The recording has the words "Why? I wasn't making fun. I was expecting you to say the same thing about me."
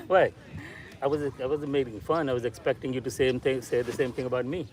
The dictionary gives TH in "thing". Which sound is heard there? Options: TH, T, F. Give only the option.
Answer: TH